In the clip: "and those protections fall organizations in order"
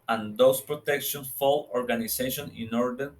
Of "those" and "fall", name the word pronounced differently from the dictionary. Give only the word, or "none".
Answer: those